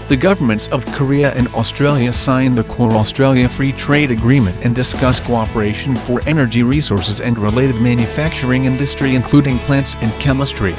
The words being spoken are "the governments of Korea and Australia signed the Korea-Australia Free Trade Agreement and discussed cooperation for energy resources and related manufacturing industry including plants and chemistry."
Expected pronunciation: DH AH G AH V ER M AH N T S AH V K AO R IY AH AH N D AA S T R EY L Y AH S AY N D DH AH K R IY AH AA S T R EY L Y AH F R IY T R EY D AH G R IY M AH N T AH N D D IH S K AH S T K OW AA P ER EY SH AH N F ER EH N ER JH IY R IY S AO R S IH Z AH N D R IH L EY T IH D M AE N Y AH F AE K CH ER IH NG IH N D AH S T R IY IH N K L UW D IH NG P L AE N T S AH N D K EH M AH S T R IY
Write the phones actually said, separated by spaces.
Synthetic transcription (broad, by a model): DH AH G AH V ER M AH N T S AH V K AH R IY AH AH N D AA S T R EY L Y AH S AY N DH AH K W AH AA S T R EY L Y AH F R IY T R EY D AH G R IY M AH N T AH N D D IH S K AH S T K OW AA P ER EY SH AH N F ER EH N ER JH IY R IY S AO R S IH Z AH N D R IH L EY T IH D M AE N Y AH F AE K CH ER IH NG IH N D AH S T R IY IH N K L UW D IH NG P L AE N T S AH N K EH M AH S T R IY